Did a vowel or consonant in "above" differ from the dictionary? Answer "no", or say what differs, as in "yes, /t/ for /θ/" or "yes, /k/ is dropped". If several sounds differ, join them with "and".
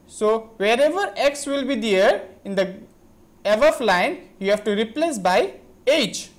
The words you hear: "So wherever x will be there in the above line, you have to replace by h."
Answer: yes, /f/ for /v/